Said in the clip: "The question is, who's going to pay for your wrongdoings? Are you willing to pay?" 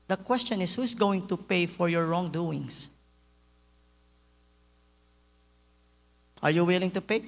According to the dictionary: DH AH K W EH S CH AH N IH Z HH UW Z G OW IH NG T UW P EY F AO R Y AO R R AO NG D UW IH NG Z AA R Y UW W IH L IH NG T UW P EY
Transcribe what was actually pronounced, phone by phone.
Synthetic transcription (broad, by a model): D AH K W EH S CH AH N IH S HH UW S G OW IH NG T UW P EY F AO R Y AO R R AO NG D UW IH NG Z AA R Y UW W IH L IH NG T UW P EY